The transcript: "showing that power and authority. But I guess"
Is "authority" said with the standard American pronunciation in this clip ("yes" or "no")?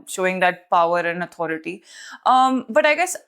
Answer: no